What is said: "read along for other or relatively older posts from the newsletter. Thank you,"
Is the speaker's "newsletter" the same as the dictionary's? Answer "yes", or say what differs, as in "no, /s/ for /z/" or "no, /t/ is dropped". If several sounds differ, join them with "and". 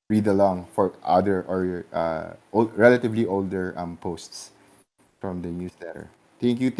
no, /s/ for /z/